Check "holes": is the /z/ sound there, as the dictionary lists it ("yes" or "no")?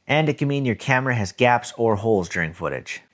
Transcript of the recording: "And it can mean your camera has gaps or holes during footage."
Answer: yes